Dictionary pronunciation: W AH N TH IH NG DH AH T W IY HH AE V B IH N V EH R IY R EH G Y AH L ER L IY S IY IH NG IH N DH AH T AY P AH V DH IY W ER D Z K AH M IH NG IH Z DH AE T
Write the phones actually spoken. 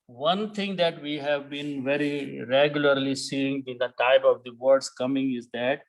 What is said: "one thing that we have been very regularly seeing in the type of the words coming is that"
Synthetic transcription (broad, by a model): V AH N T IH NG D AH T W IY HH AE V B IH N V EH R IY R EH G Y AH L ER L IY S IY IH NG IH N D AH T AY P AH V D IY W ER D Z K AH M IH NG IH Z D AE T